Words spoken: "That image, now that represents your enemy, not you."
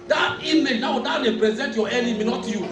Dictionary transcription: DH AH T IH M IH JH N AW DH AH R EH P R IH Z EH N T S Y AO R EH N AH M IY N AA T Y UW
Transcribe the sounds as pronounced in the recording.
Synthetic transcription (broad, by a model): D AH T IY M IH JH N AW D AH L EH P R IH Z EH N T Y AO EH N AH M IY N AA T Y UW